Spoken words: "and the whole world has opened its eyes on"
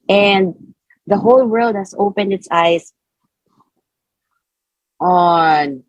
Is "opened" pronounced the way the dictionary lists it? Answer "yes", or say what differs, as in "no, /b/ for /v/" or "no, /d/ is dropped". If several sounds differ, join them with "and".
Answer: yes